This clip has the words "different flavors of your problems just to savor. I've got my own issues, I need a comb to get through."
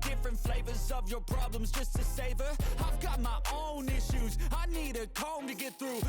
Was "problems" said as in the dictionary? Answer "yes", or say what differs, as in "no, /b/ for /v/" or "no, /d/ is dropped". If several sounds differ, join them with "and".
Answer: yes